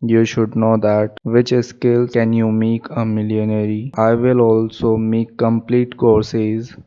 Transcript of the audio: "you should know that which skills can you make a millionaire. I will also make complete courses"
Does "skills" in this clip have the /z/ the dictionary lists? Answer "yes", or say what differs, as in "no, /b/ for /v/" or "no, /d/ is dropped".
no, /z/ is dropped